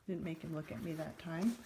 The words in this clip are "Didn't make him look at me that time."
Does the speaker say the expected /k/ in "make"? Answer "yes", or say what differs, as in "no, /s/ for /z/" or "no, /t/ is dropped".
yes